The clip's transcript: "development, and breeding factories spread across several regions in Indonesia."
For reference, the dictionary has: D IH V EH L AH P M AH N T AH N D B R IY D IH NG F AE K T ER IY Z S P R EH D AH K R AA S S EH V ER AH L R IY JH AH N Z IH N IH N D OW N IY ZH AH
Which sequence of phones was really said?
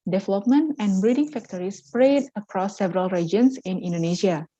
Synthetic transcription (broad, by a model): D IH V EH L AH P M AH N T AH N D B R IY D IH NG F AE K T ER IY S P R EH D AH K R AA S S EH V ER AH L R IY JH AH N S IH N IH N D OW N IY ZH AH